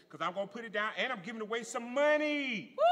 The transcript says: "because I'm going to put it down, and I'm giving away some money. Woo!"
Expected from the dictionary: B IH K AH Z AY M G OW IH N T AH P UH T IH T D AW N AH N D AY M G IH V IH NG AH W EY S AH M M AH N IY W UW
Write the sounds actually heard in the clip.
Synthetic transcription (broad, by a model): K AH Z AY M G OW IH N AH P UH T IH T D AW N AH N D AY M G IH V IH NG AH W EY S AH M M AH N IY